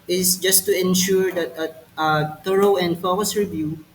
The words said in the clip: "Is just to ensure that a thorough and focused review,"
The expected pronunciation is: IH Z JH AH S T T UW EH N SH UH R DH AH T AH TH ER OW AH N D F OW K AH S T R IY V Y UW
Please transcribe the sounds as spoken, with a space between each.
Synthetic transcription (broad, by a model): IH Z JH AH S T T UW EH N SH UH R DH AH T AH T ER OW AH N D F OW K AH S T R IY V Y UW